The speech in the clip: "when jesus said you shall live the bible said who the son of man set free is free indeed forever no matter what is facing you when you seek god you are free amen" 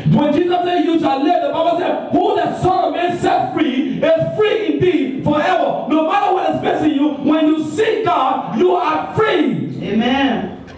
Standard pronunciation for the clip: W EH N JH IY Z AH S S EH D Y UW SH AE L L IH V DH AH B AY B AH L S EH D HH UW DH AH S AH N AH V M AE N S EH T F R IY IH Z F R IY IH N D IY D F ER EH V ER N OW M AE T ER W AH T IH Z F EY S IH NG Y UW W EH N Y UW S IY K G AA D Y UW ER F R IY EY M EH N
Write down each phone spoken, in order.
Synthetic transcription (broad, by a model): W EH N JH IY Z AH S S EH Y UW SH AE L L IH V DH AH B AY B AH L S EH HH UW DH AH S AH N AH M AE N S EH T F R IY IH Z F R IY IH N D IY F ER EH V ER N OW M AE T ER W AH T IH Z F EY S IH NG Y UW W EH N Y UW S IY G AA D Y UW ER F R IY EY M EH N